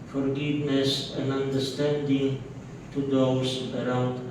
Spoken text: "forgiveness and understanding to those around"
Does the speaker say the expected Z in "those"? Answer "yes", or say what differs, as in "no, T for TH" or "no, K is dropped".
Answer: no, S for Z